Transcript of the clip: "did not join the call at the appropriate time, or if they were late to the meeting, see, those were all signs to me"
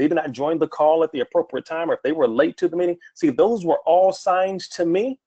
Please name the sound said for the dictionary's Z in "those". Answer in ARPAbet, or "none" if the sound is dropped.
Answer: Z